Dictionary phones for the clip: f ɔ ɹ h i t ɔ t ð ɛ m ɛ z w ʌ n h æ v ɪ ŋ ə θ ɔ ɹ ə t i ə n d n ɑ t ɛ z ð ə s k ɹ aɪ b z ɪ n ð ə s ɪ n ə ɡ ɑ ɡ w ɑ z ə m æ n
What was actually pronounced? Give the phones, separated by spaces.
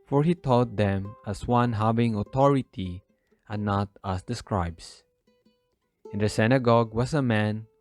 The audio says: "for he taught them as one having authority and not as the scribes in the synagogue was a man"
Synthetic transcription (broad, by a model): f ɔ ɹ h i t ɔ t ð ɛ m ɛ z w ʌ n h æ v ɪ ŋ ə t ɔ ɹ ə t i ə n n ɑ t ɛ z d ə s k ɹ aɪ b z ɪ n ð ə s ɪ n ə ɡ ɑ ɡ w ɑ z ə m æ n